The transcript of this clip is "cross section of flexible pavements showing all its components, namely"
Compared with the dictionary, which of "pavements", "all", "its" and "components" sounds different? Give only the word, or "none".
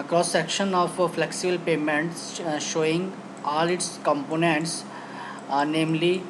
pavements